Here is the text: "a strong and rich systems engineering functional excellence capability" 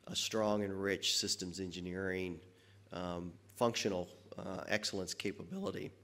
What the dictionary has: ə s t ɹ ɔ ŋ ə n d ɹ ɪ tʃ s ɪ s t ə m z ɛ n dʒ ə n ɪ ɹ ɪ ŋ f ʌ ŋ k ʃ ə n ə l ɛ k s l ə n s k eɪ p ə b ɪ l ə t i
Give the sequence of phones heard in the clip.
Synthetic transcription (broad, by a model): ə s t ɹ ɔ ŋ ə n ɹ ɪ tʃ s ɪ s t ə m z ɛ n dʒ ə n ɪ ɹ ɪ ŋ f ʌ ŋ k ʃ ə n l ɛ k s l ə n s k eɪ p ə b ɪ l ə t i